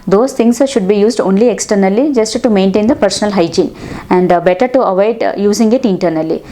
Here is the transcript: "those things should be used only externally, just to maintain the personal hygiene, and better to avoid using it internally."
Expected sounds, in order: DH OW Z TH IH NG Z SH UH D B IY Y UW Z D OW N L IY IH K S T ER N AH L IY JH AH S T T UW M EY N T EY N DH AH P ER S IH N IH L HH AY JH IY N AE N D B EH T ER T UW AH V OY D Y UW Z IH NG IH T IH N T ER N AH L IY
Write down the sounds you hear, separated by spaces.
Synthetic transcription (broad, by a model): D OW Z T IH NG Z SH UH D B IY Y UW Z D OW N L IY IH K S T ER N AH L IY JH AH S T T UW M EY N T EY N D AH P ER S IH N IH L HH AY JH IY N AE N D B EH T ER T UW AH V OY D Y UW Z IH NG IH T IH N T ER N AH L IY